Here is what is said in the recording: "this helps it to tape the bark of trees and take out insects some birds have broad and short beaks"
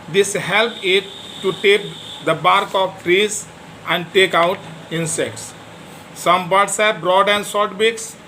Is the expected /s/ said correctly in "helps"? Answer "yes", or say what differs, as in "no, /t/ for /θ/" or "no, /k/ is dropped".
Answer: no, /s/ is dropped